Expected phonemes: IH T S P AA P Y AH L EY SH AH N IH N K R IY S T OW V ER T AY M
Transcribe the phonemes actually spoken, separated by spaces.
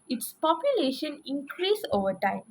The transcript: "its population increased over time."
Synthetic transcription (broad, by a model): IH T S P AA P Y AH L EY SH AH N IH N K R IY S OW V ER T AY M